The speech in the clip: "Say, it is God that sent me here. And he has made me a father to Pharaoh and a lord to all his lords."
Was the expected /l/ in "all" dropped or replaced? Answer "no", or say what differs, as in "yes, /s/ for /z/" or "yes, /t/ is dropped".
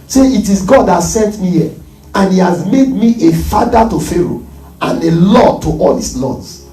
no